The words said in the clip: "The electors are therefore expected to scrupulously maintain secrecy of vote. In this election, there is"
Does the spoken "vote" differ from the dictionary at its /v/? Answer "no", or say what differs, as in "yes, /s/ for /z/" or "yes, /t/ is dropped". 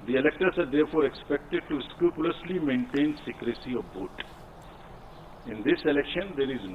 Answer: yes, /b/ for /v/